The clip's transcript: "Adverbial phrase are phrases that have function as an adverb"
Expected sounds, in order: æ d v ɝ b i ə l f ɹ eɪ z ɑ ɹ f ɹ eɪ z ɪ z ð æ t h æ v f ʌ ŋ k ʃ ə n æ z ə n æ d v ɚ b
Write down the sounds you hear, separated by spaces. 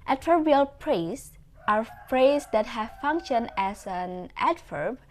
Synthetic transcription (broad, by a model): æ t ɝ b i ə l p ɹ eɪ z ɑ ɹ p ɹ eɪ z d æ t h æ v f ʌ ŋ k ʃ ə n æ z ə n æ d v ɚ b